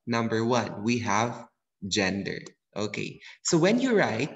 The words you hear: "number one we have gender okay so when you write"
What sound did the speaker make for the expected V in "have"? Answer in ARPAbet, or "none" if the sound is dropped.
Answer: V